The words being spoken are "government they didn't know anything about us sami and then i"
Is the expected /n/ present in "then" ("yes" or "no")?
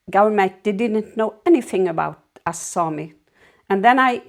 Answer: yes